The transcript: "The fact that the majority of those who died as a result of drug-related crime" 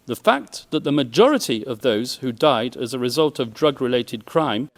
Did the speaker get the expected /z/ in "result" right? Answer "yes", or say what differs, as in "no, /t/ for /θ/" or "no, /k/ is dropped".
yes